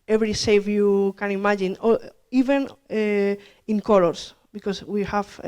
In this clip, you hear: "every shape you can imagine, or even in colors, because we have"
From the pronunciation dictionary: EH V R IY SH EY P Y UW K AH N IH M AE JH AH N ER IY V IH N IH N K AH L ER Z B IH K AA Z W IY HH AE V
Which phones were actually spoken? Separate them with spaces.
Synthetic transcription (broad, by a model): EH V R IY S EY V Y UW K AH N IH M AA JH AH N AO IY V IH N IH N K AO L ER S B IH K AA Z W IY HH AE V